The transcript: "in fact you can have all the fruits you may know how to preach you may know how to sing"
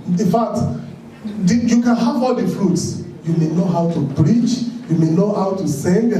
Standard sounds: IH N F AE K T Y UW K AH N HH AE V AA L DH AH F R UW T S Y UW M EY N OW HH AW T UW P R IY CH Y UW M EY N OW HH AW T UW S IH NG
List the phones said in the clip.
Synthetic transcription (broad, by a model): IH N F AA K T Y UW K AH N HH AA V AA L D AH F R UW T S Y UW M EY N OW HH AW T UW B R IY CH Y UW M EY N OW HH AW T UW S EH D